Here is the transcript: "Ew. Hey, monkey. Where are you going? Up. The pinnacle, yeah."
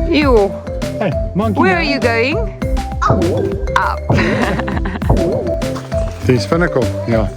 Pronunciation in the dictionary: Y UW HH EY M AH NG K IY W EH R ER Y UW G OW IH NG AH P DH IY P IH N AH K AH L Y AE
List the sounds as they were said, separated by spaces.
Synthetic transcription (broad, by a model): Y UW HH EY M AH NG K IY W EH R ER Y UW G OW IH NG AH P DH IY F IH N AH K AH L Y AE